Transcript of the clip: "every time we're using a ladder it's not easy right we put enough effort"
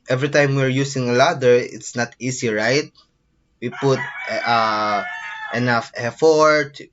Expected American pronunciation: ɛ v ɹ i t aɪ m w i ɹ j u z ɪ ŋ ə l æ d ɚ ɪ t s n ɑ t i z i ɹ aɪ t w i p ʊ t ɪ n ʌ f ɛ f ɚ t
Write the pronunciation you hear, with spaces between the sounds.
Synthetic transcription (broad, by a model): ɛ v ɹ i t aɪ m w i ɹ j u s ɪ ŋ ə l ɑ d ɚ ɪ t s n ɑ t i s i ɹ aɪ t w i p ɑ t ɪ n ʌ f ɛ f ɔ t